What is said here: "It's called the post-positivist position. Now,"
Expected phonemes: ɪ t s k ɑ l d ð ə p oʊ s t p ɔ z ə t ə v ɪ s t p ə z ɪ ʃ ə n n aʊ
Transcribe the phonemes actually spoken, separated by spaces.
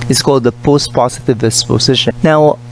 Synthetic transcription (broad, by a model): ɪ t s k ɑ l d ð ə p oʊ s t p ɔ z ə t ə v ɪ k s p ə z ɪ ʃ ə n n aʊ